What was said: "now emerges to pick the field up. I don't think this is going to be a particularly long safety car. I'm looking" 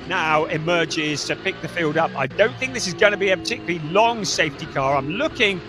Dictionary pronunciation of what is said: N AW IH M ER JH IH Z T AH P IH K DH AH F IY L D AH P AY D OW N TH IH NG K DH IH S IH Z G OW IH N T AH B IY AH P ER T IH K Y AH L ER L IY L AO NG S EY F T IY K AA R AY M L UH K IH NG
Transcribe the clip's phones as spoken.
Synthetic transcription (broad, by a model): N AW IH M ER JH IH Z T AH P IH K DH AH F IY L D AH P AY D OW N TH IH NG K DH IH S IH Z G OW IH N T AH B IY AH P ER T IH K Y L L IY L AO NG S EY F T IY K AA R AY M L UH K IH NG